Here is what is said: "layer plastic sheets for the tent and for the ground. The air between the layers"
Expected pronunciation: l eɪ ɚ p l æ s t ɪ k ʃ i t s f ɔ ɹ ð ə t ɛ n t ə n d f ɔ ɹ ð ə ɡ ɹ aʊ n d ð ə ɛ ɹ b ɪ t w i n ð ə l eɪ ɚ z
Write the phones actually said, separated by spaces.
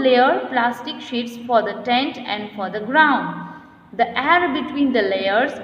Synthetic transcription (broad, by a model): l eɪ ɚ p l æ s t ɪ k ʃ i t s f ɔ ɹ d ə t ɛ n t ə n d f ɔ ɹ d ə ɡ ɹ aʊ n d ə ɛ ɹ b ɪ t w i n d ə l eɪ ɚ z